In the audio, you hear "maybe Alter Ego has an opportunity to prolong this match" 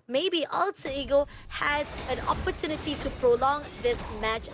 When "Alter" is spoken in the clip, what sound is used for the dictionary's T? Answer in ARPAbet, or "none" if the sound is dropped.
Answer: S